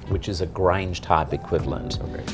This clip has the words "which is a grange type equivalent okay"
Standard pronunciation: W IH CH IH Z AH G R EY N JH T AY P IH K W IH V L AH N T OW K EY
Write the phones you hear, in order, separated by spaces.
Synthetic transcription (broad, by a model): W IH CH IH Z AH G R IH N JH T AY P IH K W IH V L AH N T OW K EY